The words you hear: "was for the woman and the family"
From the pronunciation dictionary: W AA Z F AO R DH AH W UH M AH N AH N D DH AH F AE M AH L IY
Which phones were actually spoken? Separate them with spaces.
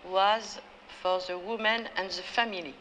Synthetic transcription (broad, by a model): W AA Z F AO R DH AH W UH M AH N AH N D DH AH F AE M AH L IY